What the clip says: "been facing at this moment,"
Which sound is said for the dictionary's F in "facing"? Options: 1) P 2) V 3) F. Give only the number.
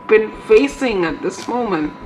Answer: 3